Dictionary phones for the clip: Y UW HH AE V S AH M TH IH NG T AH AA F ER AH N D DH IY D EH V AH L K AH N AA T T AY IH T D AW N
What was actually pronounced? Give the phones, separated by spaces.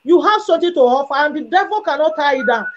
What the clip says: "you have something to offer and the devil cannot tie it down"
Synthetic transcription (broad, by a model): Y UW HH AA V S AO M T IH T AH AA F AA AH N D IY D EH V AH L K AH N AA T T AY IH T D AW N